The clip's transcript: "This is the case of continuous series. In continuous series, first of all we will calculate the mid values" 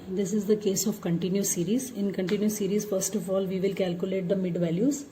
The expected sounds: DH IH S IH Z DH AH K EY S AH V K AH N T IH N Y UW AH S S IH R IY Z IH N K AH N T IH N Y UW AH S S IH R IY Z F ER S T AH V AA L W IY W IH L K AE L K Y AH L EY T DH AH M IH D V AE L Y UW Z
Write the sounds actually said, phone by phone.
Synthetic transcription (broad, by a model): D IH S IH Z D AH K EY S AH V K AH N T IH N Y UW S S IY R IY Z IH N K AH N T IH N Y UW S S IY R IY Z F ER S T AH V AA L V IY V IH L K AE L K Y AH L EY T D AH M IH D V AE L Y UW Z